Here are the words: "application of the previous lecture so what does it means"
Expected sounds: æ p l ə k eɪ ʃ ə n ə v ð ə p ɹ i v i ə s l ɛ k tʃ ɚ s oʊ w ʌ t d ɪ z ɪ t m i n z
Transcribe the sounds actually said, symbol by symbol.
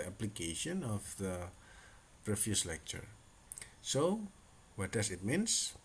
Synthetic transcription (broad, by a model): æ p l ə k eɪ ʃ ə n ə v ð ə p ɹ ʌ f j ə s l ɛ k tʃ ɚ s oʊ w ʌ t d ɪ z ɪ t m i n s